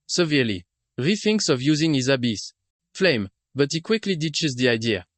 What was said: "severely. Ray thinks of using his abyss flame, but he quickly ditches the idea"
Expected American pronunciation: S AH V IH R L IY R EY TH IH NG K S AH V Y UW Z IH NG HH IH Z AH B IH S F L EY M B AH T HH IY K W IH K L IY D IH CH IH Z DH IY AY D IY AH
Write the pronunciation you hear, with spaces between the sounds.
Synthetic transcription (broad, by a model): S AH V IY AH L IY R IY TH IH NG K S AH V Y UW Z IH NG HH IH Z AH B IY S F L EY M B AH T HH IY K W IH K L IY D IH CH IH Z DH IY AY D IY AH